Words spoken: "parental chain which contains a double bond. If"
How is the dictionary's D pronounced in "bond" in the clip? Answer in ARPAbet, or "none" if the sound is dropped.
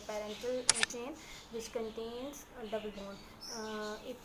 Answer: none